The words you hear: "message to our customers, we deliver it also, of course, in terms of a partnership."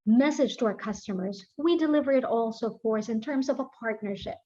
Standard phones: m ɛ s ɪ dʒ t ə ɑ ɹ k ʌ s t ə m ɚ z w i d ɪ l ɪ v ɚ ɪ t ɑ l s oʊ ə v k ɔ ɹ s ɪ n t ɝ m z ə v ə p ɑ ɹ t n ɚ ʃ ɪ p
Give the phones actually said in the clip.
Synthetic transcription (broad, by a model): m ɛ s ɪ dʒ t ə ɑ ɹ k ʌ s t ə m ɚ z w i d ɪ l ɪ v ɚ ɪ t ɑ l s oʊ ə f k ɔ ɹ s ɪ n t ɝ m z ə v ə p ɑ ɹ t n ɚ ʃ ɪ p